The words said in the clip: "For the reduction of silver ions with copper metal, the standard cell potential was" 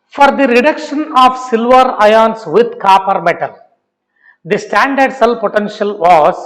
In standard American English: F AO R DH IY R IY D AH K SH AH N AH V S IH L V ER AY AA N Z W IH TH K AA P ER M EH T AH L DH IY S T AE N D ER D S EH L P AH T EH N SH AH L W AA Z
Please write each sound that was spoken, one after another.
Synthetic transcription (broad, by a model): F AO R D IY R IY D AH K SH AH N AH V S IH L V ER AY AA N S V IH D K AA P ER M EH T AH L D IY S T AE N D ER D S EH L P AH T EH N SH AH L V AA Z